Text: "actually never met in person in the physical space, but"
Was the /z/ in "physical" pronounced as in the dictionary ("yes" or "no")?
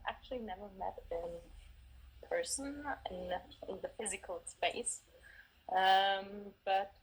yes